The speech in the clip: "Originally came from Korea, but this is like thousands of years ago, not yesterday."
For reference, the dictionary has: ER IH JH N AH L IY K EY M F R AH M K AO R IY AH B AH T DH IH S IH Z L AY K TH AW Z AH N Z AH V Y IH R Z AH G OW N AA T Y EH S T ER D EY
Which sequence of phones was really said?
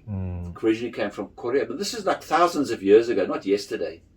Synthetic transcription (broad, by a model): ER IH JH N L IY K EY M F R AH M K AO R IY AH B AH T DH IH S IH Z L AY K TH AW Z AH N Z AH V Y IH R Z AH G OW N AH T Y EH S T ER D EY